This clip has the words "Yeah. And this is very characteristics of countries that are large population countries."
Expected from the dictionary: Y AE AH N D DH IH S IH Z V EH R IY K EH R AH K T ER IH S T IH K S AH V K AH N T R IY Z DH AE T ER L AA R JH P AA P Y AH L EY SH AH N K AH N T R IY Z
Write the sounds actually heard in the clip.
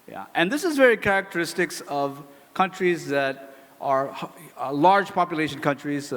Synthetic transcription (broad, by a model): Y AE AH N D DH IH S IH Z V EH R IY K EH R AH K T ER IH S T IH K S AH V K AH N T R IY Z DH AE T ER L AA R JH P AA P Y AH L EY SH AH N K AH N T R IY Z